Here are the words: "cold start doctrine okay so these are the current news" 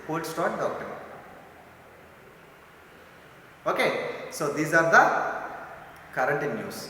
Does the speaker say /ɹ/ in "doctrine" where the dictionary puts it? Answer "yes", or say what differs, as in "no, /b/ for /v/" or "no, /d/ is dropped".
no, /ɹ/ is dropped